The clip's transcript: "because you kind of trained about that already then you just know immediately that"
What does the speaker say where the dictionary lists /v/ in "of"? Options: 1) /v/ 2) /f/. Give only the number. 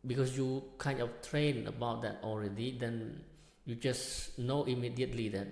2